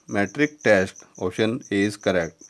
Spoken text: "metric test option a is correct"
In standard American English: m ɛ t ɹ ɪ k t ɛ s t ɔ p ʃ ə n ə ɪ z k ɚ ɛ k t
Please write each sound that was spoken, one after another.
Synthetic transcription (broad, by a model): m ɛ t ɹ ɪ k t ɛ s t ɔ ʃ ə n ə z k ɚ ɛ k t